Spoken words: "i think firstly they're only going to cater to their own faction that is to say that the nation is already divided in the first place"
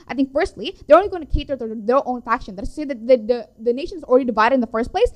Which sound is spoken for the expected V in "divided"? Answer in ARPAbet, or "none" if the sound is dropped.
V